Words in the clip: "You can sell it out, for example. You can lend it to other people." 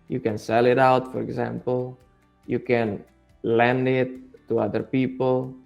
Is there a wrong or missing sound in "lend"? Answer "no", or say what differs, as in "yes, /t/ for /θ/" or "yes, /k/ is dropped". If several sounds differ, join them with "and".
no